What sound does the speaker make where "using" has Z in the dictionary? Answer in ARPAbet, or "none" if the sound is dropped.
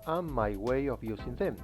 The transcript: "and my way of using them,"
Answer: S